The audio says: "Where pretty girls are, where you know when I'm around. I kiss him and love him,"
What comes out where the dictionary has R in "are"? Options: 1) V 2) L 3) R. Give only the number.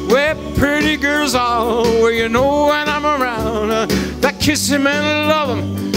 2